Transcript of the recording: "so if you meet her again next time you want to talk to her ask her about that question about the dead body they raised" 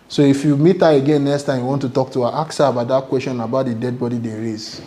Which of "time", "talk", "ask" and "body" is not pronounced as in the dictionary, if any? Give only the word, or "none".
ask